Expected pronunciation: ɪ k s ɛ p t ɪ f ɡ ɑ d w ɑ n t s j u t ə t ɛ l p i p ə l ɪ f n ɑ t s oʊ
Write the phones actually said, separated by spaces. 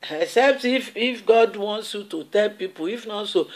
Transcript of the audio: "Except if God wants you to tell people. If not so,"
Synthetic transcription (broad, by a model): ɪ k s ɛ p t ɪ f ɡ ɑ d w ɑ n t s j u t ə t ɛ l p i p ə l ɪ f n ɑ t s oʊ